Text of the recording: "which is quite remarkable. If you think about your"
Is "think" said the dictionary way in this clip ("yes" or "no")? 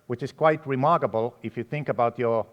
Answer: yes